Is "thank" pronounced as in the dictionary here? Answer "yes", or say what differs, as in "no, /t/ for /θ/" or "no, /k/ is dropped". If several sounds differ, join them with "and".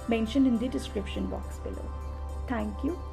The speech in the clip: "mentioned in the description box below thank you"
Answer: no, /t/ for /θ/